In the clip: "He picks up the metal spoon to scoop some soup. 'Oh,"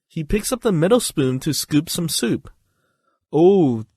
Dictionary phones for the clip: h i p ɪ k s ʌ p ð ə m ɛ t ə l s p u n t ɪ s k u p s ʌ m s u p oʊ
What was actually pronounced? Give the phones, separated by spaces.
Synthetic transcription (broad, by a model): h i p ɪ k s ʌ p ð ə m ɛ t l s p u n t ɪ s k u p s ʌ m s u p oʊ